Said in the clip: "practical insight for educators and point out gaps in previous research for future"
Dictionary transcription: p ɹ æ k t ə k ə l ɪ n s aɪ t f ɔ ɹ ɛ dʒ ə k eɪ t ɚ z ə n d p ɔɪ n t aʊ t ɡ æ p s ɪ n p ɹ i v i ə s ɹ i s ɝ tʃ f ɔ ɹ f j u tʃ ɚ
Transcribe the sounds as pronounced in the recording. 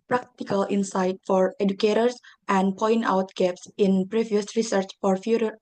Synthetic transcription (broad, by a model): p ɹ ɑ k t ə k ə l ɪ n s aɪ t f ɔ ɹ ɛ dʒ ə k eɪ t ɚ s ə n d p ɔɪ n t aʊ t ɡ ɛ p s ɪ n p ɹ i v i ə s ɹ i s ɝ tʃ f ɔ ɹ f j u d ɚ